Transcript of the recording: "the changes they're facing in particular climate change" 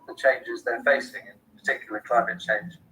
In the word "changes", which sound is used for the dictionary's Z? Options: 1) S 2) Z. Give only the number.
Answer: 2